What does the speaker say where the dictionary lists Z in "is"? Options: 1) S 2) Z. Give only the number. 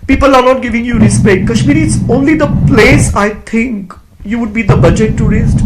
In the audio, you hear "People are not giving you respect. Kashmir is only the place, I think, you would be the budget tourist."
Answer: 1